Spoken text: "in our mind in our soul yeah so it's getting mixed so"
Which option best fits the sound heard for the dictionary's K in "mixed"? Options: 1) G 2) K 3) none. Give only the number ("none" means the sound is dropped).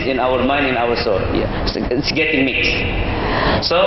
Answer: 2